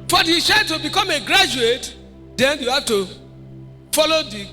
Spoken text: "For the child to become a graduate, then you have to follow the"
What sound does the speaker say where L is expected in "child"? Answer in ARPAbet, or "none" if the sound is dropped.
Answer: none